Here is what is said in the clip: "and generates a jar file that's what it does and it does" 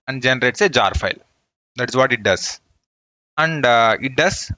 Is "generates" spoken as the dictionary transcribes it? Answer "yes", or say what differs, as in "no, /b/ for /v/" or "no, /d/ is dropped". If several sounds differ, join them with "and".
yes